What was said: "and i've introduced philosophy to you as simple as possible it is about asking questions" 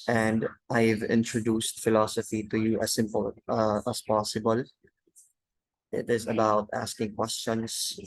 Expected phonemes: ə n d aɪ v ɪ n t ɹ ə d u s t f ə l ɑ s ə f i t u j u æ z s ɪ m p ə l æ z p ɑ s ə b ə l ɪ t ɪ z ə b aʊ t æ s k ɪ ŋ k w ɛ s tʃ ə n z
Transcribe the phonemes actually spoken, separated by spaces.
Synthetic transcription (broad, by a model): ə n d aɪ v ɪ n t ɹ ə d u s t f ə l ɑ s ə f i t u j u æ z s ɪ m p ə l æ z p ɑ s ə b ə l ɪ t ɪ z ə b aʊ t æ s k ɪ ŋ k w ɛ s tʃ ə n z